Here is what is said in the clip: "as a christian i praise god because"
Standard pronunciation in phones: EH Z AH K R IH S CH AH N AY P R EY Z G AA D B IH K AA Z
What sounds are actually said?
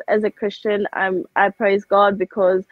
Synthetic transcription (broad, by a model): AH Z AH K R IH S CH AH N AY P R EY Z G AA D B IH K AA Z